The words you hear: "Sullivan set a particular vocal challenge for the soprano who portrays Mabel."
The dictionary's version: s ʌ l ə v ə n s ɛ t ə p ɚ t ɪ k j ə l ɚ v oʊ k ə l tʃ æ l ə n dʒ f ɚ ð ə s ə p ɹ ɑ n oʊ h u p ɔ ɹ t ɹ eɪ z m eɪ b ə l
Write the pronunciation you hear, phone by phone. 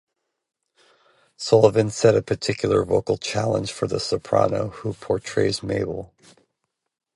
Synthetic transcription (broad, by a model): s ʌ l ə v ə n s ɛ t ə p ɚ t ɪ k j l ɚ v oʊ k l tʃ æ l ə n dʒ f ɚ ð ə s ə p ɹ ɑ n oʊ h u p ɔ ɹ t ɹ eɪ z m eɪ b l